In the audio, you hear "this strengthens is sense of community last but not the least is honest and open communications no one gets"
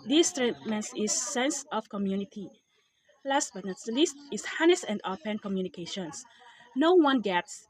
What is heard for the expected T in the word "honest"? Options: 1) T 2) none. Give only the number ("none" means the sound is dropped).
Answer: 2